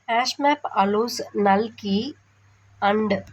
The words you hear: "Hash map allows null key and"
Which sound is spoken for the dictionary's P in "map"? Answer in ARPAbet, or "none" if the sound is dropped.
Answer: P